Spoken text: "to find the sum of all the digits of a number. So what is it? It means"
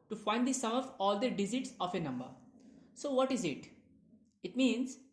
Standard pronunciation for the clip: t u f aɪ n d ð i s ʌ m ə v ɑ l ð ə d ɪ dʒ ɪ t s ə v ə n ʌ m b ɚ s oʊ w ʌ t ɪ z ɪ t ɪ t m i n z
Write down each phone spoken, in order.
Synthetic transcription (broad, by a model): t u f aɪ n d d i s ʌ m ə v ɑ l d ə d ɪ z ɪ t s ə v ə n ʌ m b ɚ s oʊ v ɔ t ɪ z ɪ t ɪ t m i n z